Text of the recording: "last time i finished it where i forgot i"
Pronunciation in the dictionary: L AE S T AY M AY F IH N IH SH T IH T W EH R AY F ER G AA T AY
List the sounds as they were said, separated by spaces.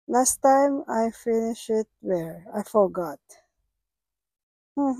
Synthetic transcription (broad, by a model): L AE S T AY M AY F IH N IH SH IH T W EH R AY F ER G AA T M